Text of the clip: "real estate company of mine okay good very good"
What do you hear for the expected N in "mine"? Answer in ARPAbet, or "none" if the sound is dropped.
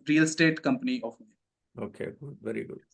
none